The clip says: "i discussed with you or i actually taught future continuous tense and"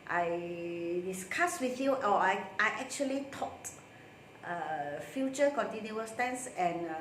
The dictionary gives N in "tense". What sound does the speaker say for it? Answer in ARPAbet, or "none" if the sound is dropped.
N